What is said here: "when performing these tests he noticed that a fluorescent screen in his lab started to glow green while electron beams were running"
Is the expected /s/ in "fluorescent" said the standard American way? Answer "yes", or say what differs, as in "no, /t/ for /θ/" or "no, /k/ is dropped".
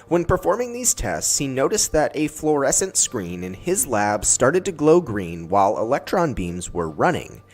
yes